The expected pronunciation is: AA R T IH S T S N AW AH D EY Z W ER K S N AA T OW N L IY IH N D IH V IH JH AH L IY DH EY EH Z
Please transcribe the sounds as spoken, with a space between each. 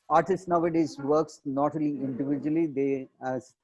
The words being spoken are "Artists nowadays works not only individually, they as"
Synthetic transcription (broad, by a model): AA R T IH S T N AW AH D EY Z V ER K S N AA T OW L IY IH N D IH V IH JH AH L IY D EY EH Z